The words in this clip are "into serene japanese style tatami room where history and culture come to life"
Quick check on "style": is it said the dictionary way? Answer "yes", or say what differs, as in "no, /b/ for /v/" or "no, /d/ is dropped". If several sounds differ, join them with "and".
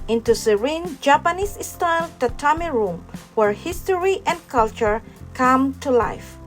no, /n/ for /l/